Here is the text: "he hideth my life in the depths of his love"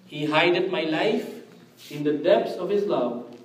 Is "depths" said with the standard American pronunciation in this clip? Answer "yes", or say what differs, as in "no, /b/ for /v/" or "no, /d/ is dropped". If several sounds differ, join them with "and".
no, /t/ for /θ/